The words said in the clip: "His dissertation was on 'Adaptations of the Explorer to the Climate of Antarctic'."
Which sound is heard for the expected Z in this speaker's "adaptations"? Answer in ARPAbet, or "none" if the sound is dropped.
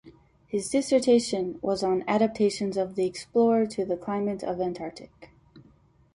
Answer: Z